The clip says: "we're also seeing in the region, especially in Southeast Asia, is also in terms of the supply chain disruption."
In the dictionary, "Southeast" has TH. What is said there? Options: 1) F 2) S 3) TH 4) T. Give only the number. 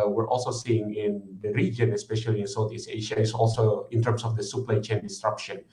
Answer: 4